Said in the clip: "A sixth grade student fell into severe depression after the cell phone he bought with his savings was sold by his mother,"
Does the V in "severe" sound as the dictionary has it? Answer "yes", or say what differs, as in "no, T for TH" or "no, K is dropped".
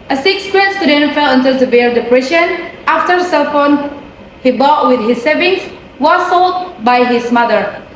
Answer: no, B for V